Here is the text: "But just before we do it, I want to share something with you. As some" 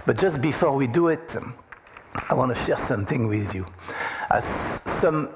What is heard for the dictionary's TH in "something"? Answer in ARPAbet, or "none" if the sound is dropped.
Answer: TH